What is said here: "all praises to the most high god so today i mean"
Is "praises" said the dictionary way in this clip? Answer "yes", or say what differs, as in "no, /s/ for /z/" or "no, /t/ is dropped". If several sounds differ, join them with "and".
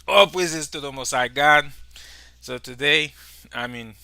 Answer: no, /w/ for /ɹ/